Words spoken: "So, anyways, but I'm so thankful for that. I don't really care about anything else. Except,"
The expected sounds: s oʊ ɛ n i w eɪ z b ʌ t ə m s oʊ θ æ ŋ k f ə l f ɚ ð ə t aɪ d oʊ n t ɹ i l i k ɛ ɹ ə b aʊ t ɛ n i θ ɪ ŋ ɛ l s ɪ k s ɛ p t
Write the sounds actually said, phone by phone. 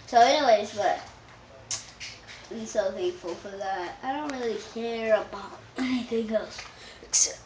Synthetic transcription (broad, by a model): s oʊ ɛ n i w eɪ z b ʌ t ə s oʊ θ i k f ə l f ɚ ð ə t aɪ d oʊ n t ɹ i l i k ɛ ɹ ə b aʊ t ɛ n i θ ɪ ŋ ɛ l s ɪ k s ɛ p